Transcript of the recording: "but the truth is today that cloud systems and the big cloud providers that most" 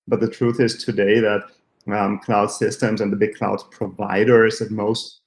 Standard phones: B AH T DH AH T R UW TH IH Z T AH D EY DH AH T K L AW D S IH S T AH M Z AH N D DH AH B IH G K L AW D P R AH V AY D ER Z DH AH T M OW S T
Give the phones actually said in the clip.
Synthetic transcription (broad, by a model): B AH T DH AH T R UW TH IH Z T AH D EY DH AH T K L AW D S IH S T AH M Z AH N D DH AH B IH G K L AW D P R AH V AY D ER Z DH AH T M OW S T